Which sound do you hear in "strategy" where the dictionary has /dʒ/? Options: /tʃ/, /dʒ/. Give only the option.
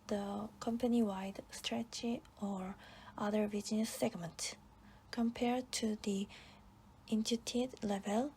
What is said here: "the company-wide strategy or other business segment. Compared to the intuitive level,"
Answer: /tʃ/